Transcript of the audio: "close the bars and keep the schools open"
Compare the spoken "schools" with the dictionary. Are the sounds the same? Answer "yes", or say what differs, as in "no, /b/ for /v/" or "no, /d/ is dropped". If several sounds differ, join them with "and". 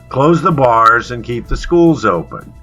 yes